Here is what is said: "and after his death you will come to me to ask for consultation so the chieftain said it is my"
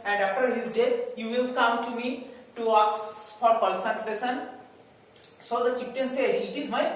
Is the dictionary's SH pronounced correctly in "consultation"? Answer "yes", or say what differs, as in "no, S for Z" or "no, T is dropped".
no, S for SH